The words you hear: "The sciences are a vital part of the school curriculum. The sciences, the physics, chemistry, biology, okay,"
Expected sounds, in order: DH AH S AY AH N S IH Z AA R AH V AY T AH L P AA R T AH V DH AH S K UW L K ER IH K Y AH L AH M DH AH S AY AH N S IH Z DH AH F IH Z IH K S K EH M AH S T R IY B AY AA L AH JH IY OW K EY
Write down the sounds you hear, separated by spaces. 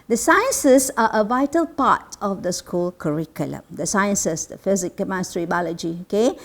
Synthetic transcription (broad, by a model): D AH S AY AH N S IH S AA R AH V AY T AH L P AA T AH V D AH S K UW L K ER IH K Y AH L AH M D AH S AY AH N S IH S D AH F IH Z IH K K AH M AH S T R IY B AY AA L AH JH IY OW K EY